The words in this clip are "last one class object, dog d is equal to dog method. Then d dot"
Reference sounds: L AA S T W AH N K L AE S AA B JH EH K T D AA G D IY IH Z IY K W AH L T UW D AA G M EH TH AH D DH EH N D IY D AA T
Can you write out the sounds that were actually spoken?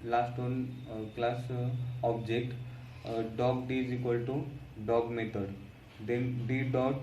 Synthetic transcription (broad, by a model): L AA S T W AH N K L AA S AA B JH EH K T D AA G D IY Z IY K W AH L T UW D AA G M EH T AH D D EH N D IY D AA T